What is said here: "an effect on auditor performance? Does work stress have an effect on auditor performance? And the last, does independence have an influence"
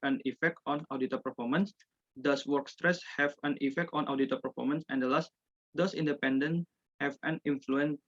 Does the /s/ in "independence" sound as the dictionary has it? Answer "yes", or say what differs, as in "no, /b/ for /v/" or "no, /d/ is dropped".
no, /s/ is dropped